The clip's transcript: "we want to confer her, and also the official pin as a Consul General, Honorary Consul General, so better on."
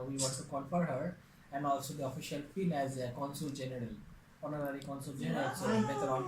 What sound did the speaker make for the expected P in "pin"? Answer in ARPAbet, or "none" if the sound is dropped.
F